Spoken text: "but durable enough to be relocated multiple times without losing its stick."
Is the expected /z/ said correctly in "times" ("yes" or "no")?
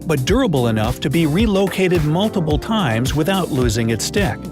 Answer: yes